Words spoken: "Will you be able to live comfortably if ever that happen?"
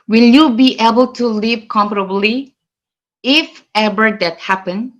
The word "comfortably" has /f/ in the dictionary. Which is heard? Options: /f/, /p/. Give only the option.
/p/